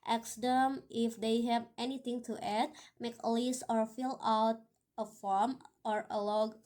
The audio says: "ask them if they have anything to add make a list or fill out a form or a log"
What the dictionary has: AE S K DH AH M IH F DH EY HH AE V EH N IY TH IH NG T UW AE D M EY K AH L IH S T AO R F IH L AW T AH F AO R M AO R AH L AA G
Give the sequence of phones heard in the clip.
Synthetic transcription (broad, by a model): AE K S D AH M IH F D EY HH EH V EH N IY T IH NG T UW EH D M EY K AH L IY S AO R F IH L AW T AH F AO R M AO R AH L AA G